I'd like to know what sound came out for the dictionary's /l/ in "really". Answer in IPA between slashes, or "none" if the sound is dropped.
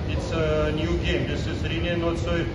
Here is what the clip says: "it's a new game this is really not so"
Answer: /n/